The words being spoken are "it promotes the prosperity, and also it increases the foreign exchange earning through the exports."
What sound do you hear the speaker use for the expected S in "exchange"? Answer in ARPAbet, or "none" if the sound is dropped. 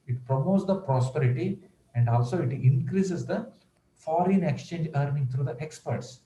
S